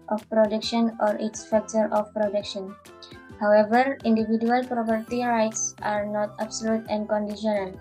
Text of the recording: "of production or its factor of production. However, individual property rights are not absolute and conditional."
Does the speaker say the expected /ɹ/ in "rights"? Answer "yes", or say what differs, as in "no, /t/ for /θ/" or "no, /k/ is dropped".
yes